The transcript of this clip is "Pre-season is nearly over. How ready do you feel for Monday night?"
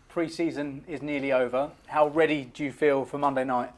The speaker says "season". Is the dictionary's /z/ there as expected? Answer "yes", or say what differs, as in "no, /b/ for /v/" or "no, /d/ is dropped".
yes